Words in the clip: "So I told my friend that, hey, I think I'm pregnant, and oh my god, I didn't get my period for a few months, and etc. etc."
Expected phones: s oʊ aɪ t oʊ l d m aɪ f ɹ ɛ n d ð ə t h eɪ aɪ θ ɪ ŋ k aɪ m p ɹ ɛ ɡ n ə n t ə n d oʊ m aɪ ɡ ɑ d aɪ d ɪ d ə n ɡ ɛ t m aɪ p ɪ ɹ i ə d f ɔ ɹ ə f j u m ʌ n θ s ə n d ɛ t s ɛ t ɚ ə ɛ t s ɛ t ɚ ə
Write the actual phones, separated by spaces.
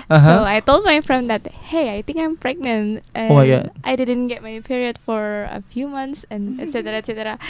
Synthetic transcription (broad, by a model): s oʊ aɪ t oʊ l d m aɪ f ɹ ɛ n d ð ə t h eɪ aɪ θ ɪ ŋ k aɪ m p ɹ ɛ ɡ n ə n t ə oʊ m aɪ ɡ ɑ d aɪ d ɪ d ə n ɡ ɛ t m aɪ p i ɹ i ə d f ɔ ɹ ə f j u m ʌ n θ s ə n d ɛ t s ɛ t ɚ ə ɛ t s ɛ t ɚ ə